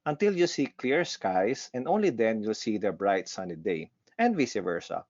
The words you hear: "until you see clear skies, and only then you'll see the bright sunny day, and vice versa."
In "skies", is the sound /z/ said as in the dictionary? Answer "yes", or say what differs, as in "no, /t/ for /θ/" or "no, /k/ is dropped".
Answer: no, /s/ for /z/